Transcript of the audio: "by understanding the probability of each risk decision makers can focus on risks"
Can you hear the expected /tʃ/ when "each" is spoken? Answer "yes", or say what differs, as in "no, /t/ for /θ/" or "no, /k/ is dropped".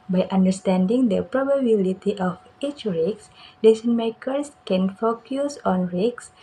yes